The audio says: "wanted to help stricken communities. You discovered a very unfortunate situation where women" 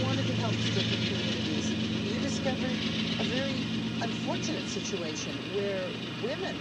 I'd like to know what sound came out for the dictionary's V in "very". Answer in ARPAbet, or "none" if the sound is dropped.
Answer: V